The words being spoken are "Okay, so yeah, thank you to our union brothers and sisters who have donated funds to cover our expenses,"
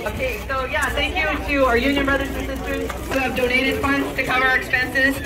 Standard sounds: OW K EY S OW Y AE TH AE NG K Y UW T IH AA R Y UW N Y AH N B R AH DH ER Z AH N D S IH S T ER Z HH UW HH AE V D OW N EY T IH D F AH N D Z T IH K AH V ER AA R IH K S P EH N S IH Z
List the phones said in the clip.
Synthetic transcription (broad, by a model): OW K EY S OW Y AE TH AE NG K Y UW T IH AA R Y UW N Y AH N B R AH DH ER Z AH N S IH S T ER HH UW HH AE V D OW N EY T IH D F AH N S T IH K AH V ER R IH K S P EH N S IH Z